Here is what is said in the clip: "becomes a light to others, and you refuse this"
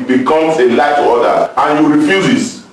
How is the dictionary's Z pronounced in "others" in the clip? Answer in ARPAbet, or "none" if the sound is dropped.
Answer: none